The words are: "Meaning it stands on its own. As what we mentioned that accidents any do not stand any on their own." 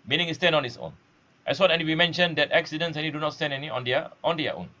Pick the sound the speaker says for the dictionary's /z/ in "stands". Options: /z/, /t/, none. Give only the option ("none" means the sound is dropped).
none